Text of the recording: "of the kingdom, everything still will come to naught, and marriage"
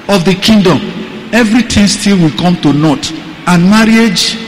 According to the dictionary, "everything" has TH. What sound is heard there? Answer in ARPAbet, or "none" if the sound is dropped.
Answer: T